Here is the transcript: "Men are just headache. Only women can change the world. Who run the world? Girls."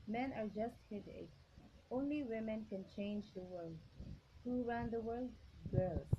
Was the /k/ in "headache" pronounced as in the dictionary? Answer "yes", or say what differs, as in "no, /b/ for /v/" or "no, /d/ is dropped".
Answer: no, /k/ is dropped